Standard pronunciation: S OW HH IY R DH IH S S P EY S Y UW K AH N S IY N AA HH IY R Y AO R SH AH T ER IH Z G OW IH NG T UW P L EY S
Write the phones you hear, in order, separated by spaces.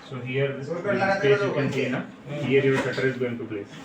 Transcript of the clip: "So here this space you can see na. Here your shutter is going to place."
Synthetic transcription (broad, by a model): S OW HH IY R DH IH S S EY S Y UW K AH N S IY N AA HH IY R Y AO R S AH T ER IH Z G OW IH NG T UW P L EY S